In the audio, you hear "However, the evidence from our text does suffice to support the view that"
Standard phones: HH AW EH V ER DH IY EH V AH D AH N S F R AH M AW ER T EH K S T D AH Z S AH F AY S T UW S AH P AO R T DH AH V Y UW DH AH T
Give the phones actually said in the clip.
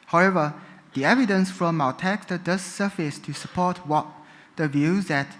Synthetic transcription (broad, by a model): HH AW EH V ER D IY EH V AH D AH N S F R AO M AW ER T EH K S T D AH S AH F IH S T UW S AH P AO W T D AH V Y UW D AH T